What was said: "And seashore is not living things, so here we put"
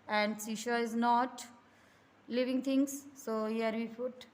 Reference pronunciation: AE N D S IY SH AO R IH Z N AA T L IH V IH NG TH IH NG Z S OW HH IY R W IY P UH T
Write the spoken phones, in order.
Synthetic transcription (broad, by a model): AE N D S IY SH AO IH Z N AA T L IH V IH NG T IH NG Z S OW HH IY R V IY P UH T